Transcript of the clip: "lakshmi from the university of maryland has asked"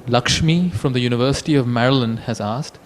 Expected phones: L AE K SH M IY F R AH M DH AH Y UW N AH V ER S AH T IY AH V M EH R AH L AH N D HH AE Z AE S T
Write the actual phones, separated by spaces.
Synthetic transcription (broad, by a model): L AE K SH M IY F R AH M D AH Y UW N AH V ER S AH T IY AH V M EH R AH L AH N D HH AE Z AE S T